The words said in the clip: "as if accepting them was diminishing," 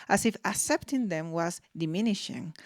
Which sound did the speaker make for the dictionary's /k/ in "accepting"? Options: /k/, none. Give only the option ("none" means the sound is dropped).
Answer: /k/